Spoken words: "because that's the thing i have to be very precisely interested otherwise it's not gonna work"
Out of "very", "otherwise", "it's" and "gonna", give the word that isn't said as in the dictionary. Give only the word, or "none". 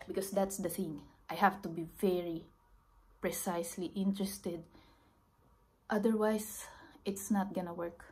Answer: otherwise